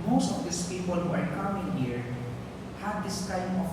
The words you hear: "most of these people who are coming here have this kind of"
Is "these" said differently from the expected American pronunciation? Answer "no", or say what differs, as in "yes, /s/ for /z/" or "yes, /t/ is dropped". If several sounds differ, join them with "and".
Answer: yes, /s/ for /z/